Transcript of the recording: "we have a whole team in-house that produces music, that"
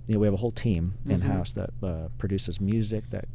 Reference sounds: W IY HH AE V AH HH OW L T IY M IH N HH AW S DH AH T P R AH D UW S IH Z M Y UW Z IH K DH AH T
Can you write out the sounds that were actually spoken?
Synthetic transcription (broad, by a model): W IY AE V AH HH OW L T IY M IH N HH AW S DH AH T P R AH D UW S IH Z M Y UW Z IH K DH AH T